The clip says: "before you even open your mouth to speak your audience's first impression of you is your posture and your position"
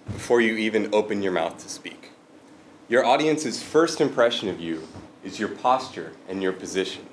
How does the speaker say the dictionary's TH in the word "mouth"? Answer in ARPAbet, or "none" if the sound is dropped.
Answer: TH